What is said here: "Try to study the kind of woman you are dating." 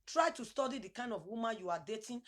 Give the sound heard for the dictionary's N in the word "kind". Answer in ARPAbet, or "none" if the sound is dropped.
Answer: N